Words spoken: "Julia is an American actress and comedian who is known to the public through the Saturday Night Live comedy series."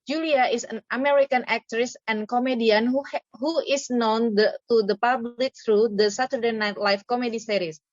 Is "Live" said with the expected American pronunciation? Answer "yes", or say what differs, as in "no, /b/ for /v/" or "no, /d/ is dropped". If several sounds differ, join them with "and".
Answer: no, /f/ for /v/